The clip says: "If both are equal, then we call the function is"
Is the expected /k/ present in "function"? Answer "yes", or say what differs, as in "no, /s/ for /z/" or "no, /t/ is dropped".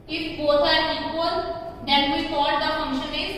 yes